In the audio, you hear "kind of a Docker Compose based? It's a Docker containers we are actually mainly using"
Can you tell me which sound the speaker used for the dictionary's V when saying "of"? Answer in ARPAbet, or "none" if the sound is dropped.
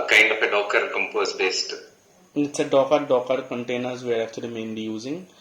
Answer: F